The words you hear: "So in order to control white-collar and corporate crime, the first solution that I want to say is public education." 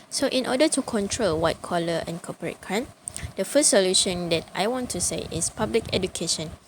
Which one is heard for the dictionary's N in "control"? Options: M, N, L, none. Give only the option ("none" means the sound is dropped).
N